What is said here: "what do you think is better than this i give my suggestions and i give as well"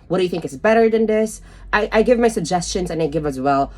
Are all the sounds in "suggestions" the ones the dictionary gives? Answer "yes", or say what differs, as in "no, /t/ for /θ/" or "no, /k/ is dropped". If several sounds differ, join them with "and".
yes